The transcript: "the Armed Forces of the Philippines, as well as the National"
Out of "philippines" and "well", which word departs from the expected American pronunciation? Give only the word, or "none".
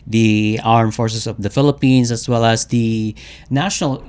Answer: philippines